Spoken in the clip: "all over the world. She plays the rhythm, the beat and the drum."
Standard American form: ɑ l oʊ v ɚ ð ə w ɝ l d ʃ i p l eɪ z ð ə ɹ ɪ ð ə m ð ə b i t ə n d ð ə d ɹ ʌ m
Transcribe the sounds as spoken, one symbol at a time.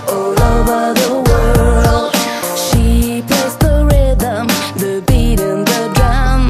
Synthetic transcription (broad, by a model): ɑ l oʊ v ɚ ð ə w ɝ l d ʃ i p ɔ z ð ə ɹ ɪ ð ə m ð ə b i t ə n ð ə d ɹ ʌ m